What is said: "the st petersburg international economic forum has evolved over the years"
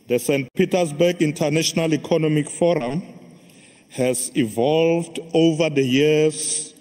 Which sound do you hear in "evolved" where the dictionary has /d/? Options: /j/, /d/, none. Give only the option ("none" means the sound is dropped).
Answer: /d/